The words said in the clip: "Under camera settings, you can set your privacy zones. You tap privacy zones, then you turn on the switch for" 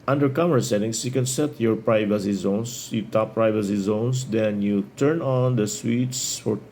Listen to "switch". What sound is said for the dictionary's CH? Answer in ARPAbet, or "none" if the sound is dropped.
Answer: S